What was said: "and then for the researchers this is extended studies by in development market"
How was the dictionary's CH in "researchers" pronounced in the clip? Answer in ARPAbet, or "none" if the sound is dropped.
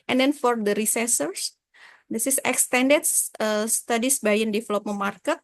S